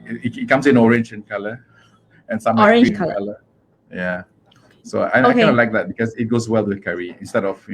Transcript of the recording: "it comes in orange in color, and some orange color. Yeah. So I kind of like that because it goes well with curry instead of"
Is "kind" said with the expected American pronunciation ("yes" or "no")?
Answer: no